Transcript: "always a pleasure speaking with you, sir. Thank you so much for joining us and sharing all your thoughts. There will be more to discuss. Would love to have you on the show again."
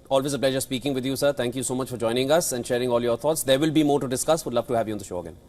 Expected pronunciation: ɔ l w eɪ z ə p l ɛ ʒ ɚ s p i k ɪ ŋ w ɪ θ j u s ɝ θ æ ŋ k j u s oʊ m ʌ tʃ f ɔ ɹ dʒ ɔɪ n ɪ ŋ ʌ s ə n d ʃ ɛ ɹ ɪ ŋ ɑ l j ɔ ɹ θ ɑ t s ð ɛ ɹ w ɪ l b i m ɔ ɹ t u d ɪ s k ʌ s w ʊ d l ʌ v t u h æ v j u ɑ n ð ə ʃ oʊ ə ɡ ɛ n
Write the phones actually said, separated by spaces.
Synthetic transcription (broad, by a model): ɔ l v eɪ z ə p l ɛ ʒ ɚ s p i k ɪ ŋ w ɪ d j u s ɝ t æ ŋ k j u s oʊ m ʌ tʃ f ɔ ɹ dʒ ɔɪ n ɪ ŋ ʌ s ə n d ʃ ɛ ɹ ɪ ŋ ɑ l j ɔ ɹ t ɑ t s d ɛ ɹ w ɪ l b i m ɔ ɹ t u d ɪ s k ʌ s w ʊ d l ʌ v t u h æ v j u ɑ n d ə ʃ oʊ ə ɡ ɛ n